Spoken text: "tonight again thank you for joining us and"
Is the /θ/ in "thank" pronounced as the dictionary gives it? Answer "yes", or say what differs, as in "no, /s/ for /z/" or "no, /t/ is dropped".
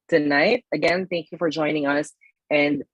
yes